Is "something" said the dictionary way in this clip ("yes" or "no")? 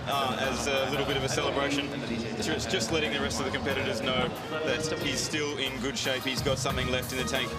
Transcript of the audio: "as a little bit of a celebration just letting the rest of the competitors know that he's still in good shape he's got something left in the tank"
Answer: yes